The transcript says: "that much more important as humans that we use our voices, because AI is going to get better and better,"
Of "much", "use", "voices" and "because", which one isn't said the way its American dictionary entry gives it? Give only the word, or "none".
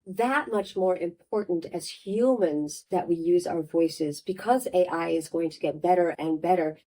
none